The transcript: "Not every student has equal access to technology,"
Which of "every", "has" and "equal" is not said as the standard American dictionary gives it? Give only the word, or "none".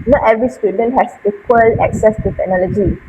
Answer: has